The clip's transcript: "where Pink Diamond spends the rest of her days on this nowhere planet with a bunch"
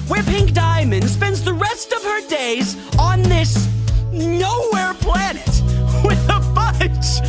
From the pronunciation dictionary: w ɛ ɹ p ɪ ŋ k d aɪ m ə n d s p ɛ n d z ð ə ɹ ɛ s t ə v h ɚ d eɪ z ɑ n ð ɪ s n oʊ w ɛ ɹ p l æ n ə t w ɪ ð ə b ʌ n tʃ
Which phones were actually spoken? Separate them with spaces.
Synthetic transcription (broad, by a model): w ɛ ɹ p ɪ ŋ k d aɪ m ə n d s p ɛ n d z ð ə ɹ ɛ s t ə v ɚ d eɪ z n ð ɪ s n oʊ w ɛ ɹ p l æ n ə t w ɪ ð ə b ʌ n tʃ